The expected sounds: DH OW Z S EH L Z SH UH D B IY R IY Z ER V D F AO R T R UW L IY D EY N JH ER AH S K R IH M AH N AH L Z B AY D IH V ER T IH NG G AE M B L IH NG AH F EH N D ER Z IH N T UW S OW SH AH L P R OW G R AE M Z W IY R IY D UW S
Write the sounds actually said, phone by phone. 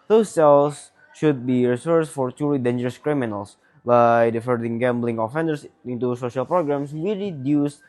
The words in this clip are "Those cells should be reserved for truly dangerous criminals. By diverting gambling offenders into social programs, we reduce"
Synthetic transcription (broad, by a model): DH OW S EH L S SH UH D B IY R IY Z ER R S F AO R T UW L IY D EY N JH ER AH S K R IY M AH N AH L S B AY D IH F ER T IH NG G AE M B L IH NG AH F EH N D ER S IH N T UW S OW SH AH L P R OW G R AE M S W IY R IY D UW S